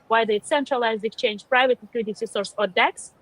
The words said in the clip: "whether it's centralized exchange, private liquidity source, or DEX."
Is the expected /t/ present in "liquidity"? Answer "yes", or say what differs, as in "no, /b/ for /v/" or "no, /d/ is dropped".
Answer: no, /s/ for /t/